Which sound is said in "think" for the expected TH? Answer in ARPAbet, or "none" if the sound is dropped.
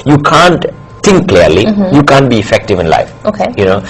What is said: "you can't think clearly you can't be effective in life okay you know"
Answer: T